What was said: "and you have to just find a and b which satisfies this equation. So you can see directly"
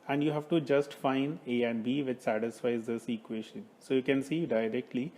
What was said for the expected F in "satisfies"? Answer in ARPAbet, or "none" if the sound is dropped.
F